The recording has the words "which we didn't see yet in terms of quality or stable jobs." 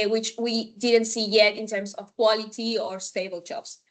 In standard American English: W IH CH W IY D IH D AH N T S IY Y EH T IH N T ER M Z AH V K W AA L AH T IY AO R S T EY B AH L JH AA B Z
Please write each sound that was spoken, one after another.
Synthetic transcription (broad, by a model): W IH CH W IY D IH D AH N T S IY Y EH T IH N T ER M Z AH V K W AA L AH T IY AO R S T EY B AH L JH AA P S